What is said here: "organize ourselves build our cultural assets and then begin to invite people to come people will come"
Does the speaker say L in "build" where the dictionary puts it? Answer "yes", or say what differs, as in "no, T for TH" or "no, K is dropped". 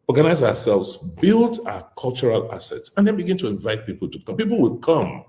yes